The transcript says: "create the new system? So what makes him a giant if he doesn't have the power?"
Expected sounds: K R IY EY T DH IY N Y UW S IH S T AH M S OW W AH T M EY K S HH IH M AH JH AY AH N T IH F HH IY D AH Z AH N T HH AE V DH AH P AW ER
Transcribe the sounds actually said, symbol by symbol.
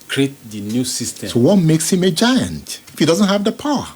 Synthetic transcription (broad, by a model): K R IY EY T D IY N Y UW S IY S T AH S OW W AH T M EY K S HH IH M AH JH AY AH N T IH F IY D AH Z AH N T HH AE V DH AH P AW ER